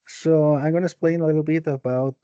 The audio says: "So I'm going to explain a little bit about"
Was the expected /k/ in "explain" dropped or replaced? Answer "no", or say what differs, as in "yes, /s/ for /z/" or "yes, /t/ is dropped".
yes, /k/ is dropped